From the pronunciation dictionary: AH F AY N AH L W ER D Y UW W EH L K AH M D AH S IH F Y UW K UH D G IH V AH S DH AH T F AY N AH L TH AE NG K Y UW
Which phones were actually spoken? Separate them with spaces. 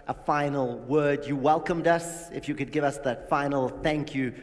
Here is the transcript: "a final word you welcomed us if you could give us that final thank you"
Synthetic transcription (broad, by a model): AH F AY N L W ER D Y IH W EH L K AH M D AH S IH F Y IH K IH D G IH V AH S DH AH T F AY N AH L TH AE NG K Y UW